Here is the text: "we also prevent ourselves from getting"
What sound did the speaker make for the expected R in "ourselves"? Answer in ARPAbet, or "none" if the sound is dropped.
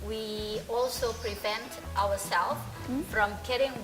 W